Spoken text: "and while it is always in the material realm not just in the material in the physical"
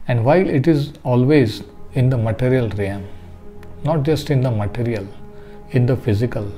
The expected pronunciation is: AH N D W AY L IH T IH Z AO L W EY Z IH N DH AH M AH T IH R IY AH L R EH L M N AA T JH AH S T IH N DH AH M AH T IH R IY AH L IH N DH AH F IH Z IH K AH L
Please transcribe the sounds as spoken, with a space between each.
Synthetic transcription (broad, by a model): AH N D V AY L IH T IH Z AO L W EY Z IH N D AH M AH T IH R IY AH L R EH M N AA T JH AH S T IH N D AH M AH T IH R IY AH L IH N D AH F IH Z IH K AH L